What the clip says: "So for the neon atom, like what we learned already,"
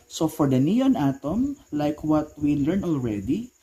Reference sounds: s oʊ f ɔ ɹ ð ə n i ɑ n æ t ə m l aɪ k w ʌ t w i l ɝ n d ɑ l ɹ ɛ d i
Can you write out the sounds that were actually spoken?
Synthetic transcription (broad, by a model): s oʊ f ɔ ɹ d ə n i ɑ n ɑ t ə m l aɪ k w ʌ t w i l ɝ n ɑ l ɹ ɛ d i